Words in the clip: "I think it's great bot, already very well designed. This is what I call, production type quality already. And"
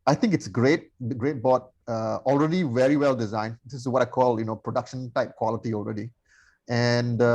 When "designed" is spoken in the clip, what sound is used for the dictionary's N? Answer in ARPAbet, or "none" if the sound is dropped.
N